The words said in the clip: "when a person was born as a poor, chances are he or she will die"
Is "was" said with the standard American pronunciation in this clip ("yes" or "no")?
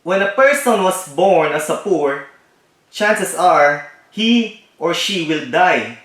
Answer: no